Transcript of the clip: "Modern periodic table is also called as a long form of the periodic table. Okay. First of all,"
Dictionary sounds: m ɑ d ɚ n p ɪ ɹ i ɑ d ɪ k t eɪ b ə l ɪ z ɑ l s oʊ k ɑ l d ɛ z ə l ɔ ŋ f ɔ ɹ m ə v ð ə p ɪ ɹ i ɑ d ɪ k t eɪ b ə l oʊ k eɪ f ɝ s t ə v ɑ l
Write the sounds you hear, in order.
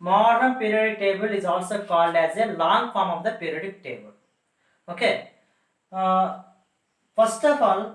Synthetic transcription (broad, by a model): m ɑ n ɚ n p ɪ ɹ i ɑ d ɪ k t eɪ b ə l ɪ z ɑ l s oʊ k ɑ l ɛ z ə l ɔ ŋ f ɔ ɹ m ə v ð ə p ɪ ɹ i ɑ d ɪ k t eɪ b ə l oʊ k eɪ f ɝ s t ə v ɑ l